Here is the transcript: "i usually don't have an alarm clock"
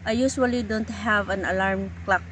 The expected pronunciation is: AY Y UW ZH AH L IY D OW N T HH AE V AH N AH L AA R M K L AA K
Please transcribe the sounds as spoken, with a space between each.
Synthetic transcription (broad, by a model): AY Y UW S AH L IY D OW N T HH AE V AH N AH L AA R M K L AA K